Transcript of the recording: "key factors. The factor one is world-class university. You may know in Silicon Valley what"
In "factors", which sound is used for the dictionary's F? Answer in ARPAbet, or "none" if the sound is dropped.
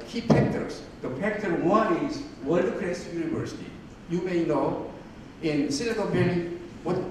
P